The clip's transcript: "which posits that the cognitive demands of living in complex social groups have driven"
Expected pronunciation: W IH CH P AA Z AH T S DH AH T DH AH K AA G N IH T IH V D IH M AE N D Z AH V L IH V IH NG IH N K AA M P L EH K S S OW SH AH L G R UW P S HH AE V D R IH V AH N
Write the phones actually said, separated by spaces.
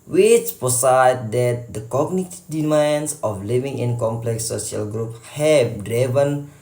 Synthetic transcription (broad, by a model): W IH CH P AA S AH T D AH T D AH K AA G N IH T D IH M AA N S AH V L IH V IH NG IH N K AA M P L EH K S S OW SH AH L G R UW P HH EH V D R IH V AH N